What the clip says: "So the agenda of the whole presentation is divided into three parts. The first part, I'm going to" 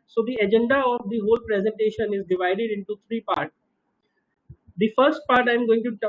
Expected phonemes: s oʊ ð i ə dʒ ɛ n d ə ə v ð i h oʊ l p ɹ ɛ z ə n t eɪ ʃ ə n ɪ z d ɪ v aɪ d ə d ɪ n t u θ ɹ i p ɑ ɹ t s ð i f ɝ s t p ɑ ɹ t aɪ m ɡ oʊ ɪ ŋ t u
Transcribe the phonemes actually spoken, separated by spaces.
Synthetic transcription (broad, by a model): s oʊ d i ə dʒ ɛ n d ə ə v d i h oʊ l p ɹ ɛ z ə n t eɪ ʃ ə n ɪ z d ɪ v aɪ d ə d ɪ n t u t ɹ i p ɑ ɹ t s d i f ɝ s t p ɑ ɹ t aɪ m ɡ oʊ ɪ ŋ t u